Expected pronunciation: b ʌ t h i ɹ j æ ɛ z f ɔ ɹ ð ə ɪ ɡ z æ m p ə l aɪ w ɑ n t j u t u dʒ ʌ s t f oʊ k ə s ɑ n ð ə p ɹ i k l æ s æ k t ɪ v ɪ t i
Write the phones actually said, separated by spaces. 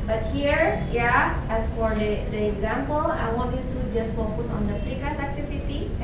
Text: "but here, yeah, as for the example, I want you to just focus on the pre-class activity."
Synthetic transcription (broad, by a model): b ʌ t h i ɹ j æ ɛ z f ɔ ɹ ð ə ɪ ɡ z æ m p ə l aɪ w ɑ n t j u t u dʒ ʌ s t f oʊ k ə s ɑ n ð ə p i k ɑ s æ k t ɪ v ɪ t i